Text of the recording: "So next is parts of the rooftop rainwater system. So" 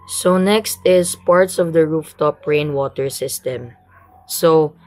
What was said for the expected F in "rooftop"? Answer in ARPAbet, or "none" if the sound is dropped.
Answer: F